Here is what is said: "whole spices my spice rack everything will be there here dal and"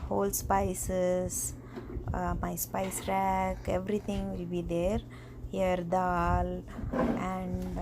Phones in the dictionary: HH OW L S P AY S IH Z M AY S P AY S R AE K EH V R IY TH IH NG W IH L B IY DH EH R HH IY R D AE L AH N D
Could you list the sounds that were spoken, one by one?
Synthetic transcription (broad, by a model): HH OW L S P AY S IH S M AY S P AY S R AE K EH V R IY T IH NG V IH L B IY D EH R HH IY R D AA L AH N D